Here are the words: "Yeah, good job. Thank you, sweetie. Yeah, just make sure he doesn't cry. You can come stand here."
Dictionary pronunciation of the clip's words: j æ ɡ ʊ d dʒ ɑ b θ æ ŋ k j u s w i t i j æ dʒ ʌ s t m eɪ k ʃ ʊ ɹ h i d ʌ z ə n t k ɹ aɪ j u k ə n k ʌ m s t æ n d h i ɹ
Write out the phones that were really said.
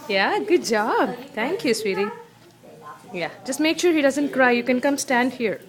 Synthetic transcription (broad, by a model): j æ ɡ ʊ d dʒ ɑ b t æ ŋ k j u s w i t i j æ dʒ ʌ s t m eɪ k ʃ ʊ ɹ h i d ʌ z ə n t k ɹ aɪ j u k ə n k ʌ m s t æ n d h i ɹ